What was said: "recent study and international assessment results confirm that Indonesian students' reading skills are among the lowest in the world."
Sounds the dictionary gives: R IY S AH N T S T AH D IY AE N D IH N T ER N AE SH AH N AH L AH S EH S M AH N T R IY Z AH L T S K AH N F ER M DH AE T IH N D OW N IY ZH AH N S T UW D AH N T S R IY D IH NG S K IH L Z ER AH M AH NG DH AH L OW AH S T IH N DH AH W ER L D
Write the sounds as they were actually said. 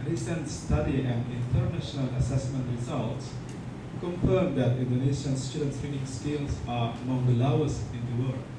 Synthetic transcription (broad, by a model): R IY S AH N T S T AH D IY AE N D IH N T ER N AE SH AH N AH L AH S EH S M AH N T R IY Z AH L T S K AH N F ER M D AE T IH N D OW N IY SH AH N S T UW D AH N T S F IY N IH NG S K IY L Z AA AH M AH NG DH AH L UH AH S IH N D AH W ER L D